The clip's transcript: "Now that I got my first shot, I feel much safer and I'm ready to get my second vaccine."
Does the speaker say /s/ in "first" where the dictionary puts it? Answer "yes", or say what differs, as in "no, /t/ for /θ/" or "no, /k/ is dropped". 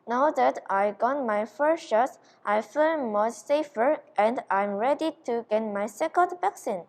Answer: no, /ʃ/ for /s/